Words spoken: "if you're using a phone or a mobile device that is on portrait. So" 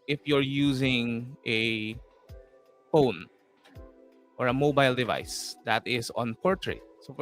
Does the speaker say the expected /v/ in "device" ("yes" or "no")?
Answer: yes